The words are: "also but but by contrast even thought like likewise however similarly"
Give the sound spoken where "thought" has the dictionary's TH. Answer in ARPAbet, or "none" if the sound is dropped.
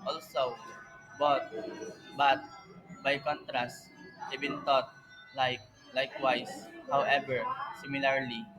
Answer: T